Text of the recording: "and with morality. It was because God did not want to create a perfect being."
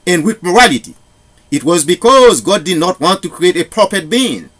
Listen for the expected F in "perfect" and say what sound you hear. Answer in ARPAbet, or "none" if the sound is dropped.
P